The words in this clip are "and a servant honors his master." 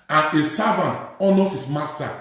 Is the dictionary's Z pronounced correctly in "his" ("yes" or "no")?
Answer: no